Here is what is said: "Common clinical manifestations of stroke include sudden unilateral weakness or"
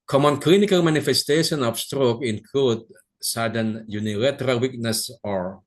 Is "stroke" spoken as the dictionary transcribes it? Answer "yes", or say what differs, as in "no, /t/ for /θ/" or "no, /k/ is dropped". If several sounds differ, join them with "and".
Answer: yes